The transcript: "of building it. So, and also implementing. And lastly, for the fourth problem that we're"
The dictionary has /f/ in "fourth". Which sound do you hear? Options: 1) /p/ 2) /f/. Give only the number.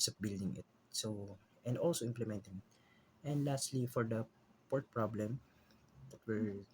1